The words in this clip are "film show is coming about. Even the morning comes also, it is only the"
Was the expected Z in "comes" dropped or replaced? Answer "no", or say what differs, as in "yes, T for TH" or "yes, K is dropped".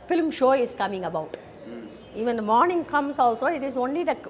yes, S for Z